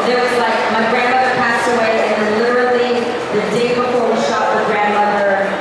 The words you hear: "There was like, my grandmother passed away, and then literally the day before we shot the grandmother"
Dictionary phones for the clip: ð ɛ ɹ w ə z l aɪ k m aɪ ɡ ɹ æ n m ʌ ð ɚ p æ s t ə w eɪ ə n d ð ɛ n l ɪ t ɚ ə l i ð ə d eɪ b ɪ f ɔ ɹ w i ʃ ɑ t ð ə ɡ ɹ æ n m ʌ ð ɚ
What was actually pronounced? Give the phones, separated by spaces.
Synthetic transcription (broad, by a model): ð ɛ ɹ w ə z l aɪ k m aɪ ɡ ɹ æ n m ʌ ð ɚ p æ s t ə w eɪ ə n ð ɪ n l ɪ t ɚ l i ð ə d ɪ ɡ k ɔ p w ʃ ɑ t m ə ɡ ɹ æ n m ʌ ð ɚ